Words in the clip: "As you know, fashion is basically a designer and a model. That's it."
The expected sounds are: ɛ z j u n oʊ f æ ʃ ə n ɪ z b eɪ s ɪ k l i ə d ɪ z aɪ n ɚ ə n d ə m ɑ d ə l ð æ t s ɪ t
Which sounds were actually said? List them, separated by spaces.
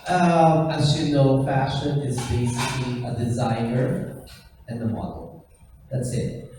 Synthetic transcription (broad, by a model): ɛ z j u n oʊ f æ ʃ ə n ɪ z b eɪ s ɪ k l i ə d ɪ z aɪ n ɚ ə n ə m ɑ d l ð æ t s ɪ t